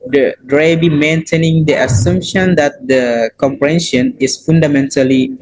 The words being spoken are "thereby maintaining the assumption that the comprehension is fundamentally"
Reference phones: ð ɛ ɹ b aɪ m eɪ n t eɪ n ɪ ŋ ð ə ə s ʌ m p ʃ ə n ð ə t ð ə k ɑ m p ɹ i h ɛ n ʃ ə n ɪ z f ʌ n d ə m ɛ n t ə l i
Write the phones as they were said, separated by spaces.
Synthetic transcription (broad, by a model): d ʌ ɹ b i m eɪ n t eɪ n ɪ ŋ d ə ə s ʌ m p ʃ ə n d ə t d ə k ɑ m p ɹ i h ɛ n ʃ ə n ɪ s f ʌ n d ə m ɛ n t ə l i